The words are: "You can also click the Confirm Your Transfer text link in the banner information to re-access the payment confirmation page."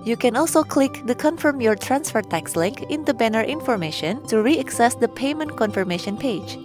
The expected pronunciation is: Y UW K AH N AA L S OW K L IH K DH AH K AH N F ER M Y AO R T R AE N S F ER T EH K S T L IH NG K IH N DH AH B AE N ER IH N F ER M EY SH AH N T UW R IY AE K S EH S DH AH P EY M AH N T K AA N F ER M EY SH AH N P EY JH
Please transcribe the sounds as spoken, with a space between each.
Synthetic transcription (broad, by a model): Y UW K AH N AA L S OW K L IH K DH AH K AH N F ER M Y AO R T R AE N S F ER T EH K S L IH NG K IH N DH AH B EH N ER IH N F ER M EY SH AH N T UW R IY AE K S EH S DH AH P EY M AH N T K AA N F ER M EY SH AH N P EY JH